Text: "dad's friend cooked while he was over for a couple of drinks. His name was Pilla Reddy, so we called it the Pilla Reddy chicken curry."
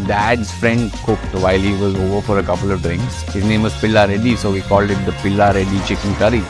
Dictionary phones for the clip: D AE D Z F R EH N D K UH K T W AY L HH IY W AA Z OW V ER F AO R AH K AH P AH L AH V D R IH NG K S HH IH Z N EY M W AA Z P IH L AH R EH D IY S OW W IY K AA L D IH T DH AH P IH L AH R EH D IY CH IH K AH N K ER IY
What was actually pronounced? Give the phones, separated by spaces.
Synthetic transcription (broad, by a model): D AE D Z F R EH N D K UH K T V AY L HH IY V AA Z OW V ER F AO R AH K AH P AH L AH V D R IH NG K S HH IH Z N EY M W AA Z P IH L AH R EH D IY S OW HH IY K AA L D IH T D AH P IH L AH R EH D IY CH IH K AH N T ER IY